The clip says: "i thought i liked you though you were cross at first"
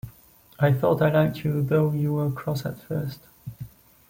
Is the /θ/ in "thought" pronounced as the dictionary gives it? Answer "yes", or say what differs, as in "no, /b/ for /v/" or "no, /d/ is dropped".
yes